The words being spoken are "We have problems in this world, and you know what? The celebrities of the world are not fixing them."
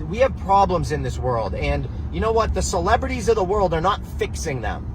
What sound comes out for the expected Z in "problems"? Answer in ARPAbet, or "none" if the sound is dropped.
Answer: Z